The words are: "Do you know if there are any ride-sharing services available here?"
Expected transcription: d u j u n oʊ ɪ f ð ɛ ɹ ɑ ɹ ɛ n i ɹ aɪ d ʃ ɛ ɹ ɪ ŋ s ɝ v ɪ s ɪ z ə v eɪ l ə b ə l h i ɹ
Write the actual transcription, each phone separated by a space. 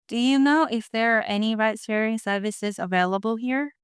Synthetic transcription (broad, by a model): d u j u n oʊ ɪ f ð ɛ ɹ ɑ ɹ ɛ n i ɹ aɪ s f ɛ ɹ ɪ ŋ s ɝ v ɪ s ɪ z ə v eɪ l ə b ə l h i ɹ